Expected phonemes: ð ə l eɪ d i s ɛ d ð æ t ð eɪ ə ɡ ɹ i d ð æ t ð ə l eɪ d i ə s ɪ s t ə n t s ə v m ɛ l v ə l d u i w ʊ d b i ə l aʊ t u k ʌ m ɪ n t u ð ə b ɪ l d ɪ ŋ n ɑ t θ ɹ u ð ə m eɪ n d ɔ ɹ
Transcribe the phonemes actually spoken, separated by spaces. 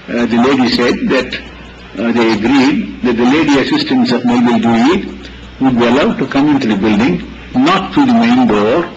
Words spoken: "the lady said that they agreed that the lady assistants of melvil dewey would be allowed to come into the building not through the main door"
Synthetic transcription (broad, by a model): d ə l eɪ d i s ɛ d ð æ t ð eɪ ə ɡ ɹ i d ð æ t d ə l eɪ d i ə s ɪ s t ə n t s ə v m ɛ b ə l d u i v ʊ d b i ə l aʊ t u k ʌ m ɪ n t u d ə b ɪ l d ɪ ŋ n ɑ t t ɹ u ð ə m eɪ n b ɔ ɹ